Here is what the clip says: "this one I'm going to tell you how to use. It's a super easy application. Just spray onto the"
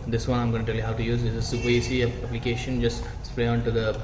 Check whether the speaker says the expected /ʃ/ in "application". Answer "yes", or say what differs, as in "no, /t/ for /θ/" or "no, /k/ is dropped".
yes